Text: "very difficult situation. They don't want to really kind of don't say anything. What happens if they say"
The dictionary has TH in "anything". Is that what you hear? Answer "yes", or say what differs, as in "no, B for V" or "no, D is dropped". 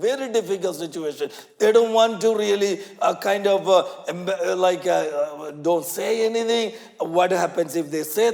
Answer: no, T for TH